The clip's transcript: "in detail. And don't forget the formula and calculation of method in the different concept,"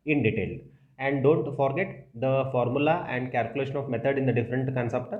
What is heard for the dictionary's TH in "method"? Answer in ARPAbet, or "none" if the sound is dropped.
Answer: T